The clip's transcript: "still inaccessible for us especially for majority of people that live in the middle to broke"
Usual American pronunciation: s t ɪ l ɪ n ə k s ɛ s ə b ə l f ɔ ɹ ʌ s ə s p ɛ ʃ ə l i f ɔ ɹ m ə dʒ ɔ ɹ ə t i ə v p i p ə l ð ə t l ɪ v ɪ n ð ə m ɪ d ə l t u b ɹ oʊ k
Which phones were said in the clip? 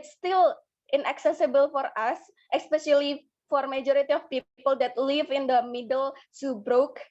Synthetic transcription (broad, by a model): s t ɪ l ɪ n ə k s ɛ s ə b ə l f ɔ ɹ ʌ s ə s p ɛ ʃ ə l i f ɔ ɹ m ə dʒ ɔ ɹ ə t i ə f p i p ə l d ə t l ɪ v ɪ n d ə m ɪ d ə l s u b ɹ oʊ k